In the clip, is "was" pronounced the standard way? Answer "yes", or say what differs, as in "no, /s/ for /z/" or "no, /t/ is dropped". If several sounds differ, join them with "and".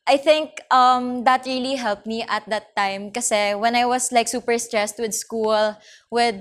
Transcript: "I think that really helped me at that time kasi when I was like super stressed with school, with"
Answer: no, /s/ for /z/